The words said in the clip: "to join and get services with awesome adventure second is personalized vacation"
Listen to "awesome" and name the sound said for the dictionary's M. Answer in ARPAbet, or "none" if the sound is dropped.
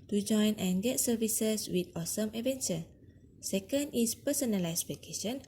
M